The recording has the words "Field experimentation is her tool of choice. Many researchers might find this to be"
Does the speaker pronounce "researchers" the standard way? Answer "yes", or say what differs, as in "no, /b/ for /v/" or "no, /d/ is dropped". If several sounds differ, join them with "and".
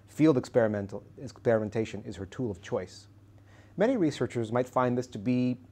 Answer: yes